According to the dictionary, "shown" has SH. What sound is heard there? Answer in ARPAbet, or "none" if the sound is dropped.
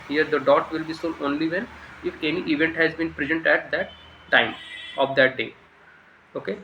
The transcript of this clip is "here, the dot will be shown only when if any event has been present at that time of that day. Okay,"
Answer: S